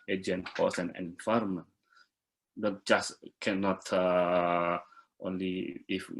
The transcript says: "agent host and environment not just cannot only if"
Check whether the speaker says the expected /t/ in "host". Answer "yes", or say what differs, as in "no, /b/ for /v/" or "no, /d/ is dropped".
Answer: no, /t/ is dropped